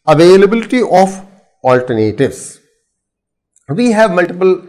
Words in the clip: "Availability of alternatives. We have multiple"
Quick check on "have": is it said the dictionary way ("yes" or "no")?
yes